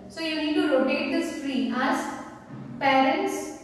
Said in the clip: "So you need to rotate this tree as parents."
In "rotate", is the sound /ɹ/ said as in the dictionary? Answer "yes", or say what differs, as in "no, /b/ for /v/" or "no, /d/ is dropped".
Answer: no, /l/ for /ɹ/